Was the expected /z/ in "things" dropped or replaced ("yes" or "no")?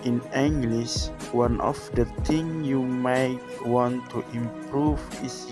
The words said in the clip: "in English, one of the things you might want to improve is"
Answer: yes